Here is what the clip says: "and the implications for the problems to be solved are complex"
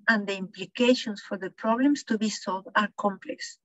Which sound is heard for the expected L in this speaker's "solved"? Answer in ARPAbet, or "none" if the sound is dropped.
L